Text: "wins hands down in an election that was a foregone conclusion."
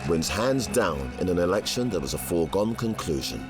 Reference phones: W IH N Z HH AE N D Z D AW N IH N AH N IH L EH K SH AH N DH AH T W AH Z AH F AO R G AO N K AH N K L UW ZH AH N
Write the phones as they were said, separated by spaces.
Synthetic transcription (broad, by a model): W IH N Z HH AE N D Z D AW N IH N AH N IH L EH K SH AH N DH AH T W AH Z AH F AO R G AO N K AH N K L UW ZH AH N